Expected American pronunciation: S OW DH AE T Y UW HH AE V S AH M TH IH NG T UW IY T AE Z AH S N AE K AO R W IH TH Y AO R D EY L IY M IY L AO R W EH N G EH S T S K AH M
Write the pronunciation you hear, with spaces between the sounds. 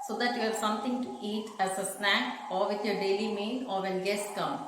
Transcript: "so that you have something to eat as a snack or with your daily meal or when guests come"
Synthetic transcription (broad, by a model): S OW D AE T Y UW HH AE V S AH M T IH NG T UW IY T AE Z AH S N AE K AO R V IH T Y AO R D EY L IY M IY N AO R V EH N G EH S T K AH M